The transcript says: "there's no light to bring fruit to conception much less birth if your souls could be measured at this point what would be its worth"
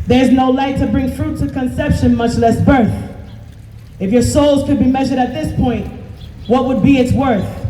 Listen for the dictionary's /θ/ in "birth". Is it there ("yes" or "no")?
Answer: yes